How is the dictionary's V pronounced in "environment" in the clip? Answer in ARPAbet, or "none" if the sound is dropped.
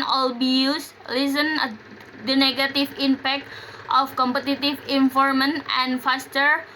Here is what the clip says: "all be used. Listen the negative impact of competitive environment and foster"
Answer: F